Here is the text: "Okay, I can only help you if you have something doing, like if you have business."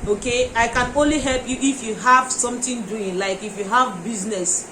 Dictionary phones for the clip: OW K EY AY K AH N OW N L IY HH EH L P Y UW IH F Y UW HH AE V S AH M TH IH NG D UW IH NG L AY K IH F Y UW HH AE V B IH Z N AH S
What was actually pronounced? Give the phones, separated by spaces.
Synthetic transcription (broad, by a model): OW K EY AY K AH N OW N L IY HH EH L P Y UW IH F Y UW HH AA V S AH M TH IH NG D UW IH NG L AY K IH F Y UW HH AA V B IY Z N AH S